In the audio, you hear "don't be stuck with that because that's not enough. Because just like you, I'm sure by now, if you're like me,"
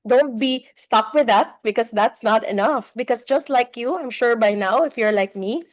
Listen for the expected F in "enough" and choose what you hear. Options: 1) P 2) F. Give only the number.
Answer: 2